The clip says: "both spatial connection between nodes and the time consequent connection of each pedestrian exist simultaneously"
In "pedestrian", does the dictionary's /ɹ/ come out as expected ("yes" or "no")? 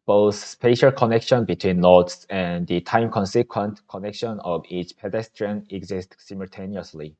yes